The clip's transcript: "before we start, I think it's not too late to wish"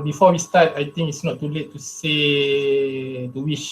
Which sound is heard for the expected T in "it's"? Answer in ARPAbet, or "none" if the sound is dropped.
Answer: T